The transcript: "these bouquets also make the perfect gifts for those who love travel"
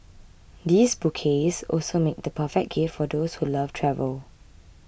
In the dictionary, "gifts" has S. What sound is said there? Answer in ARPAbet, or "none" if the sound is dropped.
none